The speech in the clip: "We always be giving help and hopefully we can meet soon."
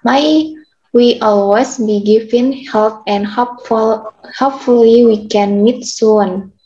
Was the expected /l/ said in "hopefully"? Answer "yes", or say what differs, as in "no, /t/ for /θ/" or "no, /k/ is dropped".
yes